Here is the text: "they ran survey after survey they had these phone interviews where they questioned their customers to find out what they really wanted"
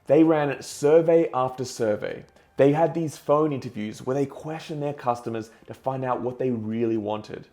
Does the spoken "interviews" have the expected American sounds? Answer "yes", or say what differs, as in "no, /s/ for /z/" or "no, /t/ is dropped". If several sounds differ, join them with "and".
yes